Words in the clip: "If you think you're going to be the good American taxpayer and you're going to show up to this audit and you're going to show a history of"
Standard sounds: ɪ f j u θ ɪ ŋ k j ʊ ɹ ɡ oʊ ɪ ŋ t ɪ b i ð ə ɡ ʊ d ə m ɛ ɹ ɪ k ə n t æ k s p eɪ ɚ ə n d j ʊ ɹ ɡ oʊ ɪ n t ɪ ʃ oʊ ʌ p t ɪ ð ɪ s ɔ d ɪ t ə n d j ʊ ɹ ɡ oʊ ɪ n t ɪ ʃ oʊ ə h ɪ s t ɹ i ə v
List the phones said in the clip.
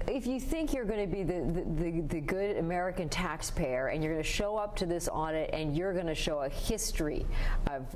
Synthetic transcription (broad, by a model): ɪ f j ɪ θ ɪ ŋ k j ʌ ɹ ɡ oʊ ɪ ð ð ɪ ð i ð ə ɡ ʊ d ə m ɛ ɹ ɪ k ə n t æ k s p eɪ ɚ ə n j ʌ ɹ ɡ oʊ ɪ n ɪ ʃ oʊ ʌ p t ɪ ð ɪ s ɔ d ɪ t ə n j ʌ ɹ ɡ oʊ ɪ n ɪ ʃ oʊ ə h ɪ s t ɹ i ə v